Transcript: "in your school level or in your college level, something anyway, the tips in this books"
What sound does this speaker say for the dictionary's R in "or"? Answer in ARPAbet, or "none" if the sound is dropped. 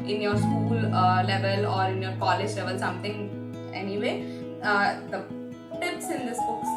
R